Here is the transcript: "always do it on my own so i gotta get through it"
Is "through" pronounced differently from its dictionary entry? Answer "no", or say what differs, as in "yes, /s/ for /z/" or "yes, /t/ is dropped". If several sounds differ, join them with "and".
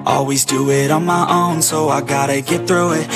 no